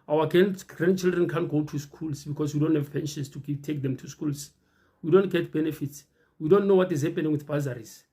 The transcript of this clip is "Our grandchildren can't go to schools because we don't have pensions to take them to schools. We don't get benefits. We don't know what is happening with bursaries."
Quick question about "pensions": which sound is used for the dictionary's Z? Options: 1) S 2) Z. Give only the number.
1